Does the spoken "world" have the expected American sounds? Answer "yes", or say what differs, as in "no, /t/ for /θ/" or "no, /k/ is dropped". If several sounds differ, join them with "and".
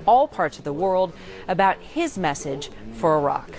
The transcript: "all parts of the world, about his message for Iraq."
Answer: yes